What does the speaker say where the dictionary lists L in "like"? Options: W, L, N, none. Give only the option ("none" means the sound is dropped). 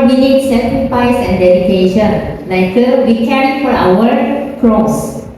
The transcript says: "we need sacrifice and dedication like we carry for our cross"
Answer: N